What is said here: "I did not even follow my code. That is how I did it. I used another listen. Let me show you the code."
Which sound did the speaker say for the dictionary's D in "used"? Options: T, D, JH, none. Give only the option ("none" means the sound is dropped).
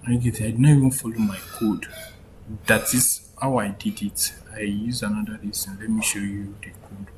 none